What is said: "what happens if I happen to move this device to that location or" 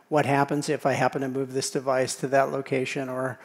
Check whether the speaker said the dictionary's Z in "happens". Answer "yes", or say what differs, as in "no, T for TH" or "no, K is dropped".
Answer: yes